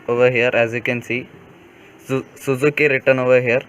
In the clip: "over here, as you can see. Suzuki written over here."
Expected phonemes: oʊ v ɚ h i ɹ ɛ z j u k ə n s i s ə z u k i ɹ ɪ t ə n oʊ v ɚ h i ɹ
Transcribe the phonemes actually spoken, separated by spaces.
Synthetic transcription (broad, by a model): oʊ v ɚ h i ɹ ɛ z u k ə n s i s ə z u k i ɹ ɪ t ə n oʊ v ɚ h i ɹ